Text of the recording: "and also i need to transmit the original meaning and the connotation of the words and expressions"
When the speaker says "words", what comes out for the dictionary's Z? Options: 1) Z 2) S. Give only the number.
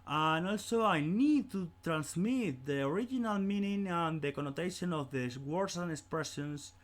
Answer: 2